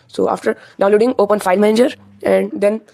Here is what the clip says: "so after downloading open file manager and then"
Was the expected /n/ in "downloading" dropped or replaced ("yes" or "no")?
yes